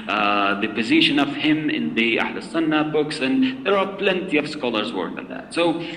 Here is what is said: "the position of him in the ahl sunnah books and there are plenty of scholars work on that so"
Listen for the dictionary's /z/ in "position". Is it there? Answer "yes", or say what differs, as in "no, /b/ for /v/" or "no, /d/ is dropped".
yes